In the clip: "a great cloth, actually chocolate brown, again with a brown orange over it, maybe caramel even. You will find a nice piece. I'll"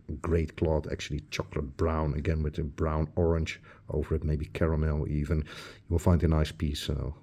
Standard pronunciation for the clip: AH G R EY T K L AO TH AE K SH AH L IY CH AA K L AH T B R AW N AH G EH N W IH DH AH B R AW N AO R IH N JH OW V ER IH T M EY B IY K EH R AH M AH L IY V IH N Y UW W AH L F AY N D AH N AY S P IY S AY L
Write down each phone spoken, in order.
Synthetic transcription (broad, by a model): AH G R EY T K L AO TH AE K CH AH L IY CH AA K L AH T B R AW N AH G EH N W IH DH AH B R AW N AO R IH N JH OW V ER IH T M EY B IY K EH R AH M AH L IY V IH N Y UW W AH L F AY N D AH N AY S P IY S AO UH